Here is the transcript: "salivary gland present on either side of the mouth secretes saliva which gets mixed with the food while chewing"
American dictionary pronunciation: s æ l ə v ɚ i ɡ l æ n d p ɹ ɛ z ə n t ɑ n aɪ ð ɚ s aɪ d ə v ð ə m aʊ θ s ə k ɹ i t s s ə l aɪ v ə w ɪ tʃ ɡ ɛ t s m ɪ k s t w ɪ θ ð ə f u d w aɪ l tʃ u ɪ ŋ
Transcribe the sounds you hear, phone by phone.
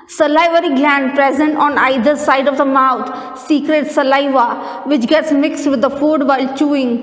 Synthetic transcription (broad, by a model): s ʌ l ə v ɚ i ɡ l æ n d p ɹ ɛ z ə n t ɑ n aɪ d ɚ s aɪ d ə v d ə m aʊ t s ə k ɹ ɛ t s s ə l aɪ v ə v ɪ tʃ ɡ ɛ t s m ɪ k s t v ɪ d ə f u d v aɪ l tʃ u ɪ ŋ